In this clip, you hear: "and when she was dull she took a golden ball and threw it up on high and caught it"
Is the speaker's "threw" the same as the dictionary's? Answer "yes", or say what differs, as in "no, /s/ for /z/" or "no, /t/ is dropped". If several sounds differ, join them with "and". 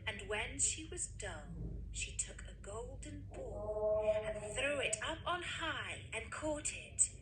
yes